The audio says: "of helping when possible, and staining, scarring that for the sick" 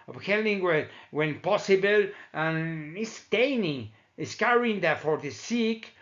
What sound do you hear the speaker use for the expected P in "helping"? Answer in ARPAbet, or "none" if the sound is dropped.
none